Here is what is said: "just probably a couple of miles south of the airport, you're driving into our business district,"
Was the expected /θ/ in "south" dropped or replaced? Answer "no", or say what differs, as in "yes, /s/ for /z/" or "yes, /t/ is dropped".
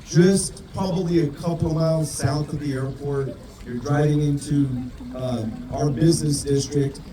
no